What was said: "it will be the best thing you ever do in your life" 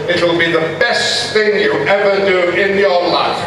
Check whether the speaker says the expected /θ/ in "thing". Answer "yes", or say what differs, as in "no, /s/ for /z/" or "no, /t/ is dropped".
yes